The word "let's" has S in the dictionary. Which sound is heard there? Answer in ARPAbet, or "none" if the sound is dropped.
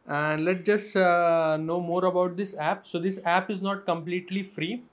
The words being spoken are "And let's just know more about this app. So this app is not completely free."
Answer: none